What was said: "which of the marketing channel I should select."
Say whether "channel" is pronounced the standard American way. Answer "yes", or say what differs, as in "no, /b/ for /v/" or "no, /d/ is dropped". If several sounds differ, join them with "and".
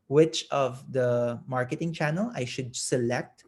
yes